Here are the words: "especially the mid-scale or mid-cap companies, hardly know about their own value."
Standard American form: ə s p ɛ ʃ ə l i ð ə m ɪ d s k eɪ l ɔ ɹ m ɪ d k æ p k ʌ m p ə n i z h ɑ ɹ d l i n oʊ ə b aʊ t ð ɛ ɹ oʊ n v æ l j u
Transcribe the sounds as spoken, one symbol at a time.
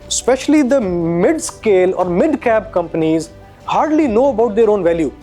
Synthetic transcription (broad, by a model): s p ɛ ʃ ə l i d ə m ɪ d s k eɪ l ɔ ɹ m ɪ d k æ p k ʌ m p ə n i z h ɑ ɹ d l i n oʊ ə b aʊ t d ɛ ɹ oʊ n v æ l j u